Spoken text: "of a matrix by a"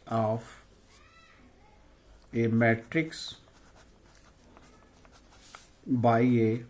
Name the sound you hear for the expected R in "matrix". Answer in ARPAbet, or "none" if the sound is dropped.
R